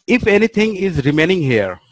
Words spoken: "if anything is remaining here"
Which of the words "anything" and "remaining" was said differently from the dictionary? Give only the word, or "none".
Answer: anything